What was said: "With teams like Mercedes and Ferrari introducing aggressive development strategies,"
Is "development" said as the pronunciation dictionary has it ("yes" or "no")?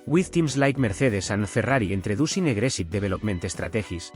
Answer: no